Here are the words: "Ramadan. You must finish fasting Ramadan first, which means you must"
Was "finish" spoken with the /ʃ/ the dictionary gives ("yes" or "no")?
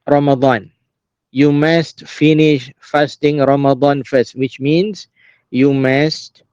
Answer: yes